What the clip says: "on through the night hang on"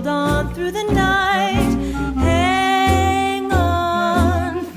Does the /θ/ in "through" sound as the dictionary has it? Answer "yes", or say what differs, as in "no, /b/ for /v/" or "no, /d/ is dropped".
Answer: yes